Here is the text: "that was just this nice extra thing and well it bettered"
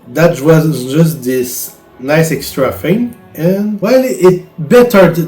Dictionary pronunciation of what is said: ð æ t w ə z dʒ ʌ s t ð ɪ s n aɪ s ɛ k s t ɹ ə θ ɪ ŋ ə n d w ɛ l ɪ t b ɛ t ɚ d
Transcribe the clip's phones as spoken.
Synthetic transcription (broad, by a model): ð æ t w ə z dʒ ʌ s t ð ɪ s n aɪ s ɛ k s t ɹ ə f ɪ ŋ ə n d w ɛ l ɪ t b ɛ t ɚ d